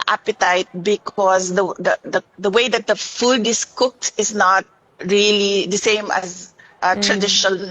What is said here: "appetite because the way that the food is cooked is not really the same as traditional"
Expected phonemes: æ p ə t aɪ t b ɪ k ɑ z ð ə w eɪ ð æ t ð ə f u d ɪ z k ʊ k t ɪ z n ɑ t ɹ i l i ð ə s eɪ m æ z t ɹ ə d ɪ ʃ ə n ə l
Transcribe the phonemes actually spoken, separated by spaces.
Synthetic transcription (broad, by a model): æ p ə t aɪ t b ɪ k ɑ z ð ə w eɪ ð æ t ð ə f u d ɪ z k ʊ k t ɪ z n ɑ t ɹ i l i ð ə s eɪ m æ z t ɹ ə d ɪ ʃ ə n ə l